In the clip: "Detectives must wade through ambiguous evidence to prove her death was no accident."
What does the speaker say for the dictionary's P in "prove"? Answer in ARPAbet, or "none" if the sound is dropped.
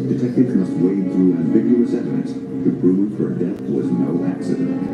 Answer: B